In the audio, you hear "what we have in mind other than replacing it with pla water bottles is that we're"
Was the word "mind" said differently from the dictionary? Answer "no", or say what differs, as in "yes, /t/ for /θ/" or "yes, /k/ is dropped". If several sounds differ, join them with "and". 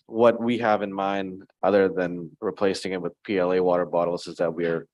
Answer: no